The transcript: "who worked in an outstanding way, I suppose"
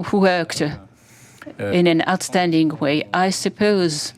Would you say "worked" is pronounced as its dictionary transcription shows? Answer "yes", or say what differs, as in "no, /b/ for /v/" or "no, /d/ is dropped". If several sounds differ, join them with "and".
yes